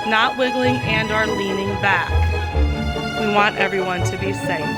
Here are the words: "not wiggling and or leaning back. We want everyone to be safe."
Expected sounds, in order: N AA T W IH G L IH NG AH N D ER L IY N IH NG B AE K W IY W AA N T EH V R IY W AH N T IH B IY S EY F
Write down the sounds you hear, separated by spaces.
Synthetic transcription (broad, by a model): N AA T W IH G L IH NG AH N D ER L IY N IH NG B AE K W IY W AA N T EH V R IY W AH N T IH B IY S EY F